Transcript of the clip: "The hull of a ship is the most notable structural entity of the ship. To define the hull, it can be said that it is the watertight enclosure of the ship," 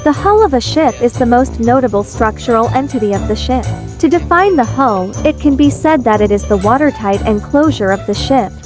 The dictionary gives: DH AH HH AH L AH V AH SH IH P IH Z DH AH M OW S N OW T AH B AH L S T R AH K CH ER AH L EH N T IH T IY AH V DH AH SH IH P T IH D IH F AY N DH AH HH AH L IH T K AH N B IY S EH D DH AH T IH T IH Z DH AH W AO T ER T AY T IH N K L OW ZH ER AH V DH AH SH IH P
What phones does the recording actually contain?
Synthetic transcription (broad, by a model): DH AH HH AH L AH V AH SH IH P IH Z DH AH M OW S N OW T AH B L S T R AH K CH ER L EH N T IH T IY AH V DH AH SH IH P T IH D IH F AY N DH AH HH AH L IH T K AH N B IY S EH D DH AH T IH T IH Z DH AH W AO T ER T AY T IH N K L OW ZH ER AH V DH AH SH IH P